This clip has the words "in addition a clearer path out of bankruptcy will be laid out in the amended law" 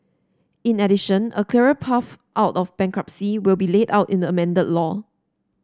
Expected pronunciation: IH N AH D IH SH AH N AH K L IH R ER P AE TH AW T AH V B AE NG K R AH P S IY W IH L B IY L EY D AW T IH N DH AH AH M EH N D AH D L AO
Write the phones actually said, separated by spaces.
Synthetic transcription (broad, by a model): IH N AH D IH SH AH N AH K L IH R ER P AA F AW T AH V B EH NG K R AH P S IY W IH L B IY L EY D AW T IH N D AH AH M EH N D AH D L AO